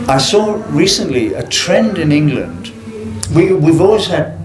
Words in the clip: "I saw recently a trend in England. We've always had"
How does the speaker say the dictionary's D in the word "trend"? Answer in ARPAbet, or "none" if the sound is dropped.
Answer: D